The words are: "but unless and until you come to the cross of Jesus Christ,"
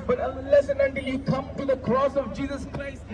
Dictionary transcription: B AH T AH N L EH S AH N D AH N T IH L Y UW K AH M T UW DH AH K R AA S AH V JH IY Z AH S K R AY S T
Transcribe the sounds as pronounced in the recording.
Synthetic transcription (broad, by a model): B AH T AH L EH S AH N AH N T IH L Y UW K AH M T UW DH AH K R AA S AH V JH IY Z AH S K R AY S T